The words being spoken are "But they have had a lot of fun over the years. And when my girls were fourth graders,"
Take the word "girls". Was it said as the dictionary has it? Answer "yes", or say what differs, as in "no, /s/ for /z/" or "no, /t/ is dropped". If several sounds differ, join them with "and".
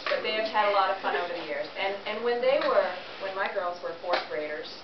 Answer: yes